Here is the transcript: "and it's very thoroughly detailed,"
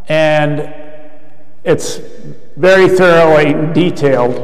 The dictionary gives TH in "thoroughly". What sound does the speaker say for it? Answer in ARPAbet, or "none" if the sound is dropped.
TH